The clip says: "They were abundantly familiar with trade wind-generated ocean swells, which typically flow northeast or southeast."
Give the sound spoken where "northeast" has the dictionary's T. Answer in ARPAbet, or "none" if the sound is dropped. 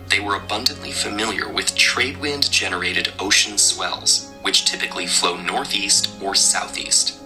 T